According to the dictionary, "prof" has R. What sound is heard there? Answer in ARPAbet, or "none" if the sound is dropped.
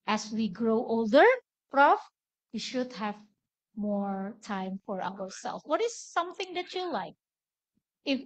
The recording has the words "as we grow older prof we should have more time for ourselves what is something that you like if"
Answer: R